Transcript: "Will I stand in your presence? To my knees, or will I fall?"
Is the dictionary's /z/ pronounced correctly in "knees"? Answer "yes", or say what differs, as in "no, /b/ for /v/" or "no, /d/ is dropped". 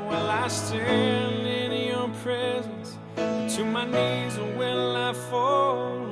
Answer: yes